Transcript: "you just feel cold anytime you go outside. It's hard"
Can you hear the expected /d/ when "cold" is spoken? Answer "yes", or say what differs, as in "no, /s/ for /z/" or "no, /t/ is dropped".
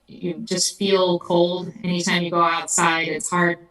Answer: yes